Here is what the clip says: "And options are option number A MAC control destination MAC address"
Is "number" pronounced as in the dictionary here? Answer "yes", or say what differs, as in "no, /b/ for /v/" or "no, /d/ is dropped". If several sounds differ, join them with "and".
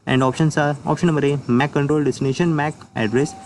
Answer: no, /b/ is dropped